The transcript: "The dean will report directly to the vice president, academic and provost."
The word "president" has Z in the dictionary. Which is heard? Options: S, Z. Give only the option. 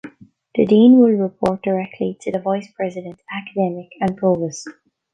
Z